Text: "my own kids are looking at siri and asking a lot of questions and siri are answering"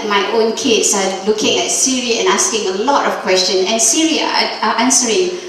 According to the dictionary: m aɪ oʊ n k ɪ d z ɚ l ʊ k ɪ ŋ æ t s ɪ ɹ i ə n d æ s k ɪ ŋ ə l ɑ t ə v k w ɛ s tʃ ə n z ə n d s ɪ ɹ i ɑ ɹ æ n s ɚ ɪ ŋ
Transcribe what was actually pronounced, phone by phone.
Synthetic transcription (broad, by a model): m aɪ oʊ n k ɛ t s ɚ l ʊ k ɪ ŋ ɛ t s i ɹ i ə n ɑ s k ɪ ŋ ə l ɑ t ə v k w ɛ s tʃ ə n ə n s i ɹ i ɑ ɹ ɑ n s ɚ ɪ ŋ